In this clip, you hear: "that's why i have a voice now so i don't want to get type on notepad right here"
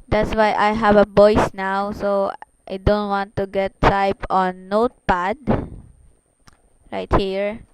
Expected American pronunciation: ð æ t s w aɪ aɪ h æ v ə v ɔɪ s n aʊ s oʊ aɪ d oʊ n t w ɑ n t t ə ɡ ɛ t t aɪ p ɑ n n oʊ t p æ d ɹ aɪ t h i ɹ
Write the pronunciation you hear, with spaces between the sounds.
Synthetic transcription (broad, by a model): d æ t s w aɪ aɪ h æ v ə b ɔɪ s n aʊ s oʊ aɪ d oʊ n t w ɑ n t t ə ɡ ɛ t t aɪ p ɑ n n oʊ t p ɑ d ɹ aɪ t h i ɹ